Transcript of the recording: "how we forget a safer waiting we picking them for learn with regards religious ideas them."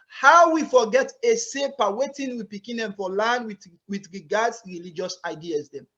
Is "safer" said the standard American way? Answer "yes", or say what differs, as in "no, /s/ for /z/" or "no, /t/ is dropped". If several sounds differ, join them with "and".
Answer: no, /p/ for /f/